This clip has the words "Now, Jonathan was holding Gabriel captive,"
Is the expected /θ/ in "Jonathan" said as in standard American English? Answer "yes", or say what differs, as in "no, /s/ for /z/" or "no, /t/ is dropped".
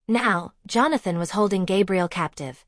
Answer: yes